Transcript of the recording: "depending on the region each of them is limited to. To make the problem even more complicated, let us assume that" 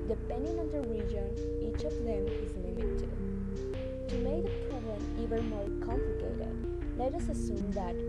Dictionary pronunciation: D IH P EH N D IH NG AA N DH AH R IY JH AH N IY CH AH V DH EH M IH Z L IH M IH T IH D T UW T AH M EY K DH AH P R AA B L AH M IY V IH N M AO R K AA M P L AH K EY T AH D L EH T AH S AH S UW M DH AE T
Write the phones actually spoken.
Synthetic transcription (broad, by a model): D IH P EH N D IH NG AA N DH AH R IY JH AH N IY CH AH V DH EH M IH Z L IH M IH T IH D T UW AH M EY K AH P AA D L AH IY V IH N M AO R K AA M P L AH K EY T AH D L EH T AH S AH S UW M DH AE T